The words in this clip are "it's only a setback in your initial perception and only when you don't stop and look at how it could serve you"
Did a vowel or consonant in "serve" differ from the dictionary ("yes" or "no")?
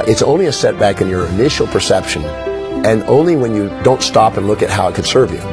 no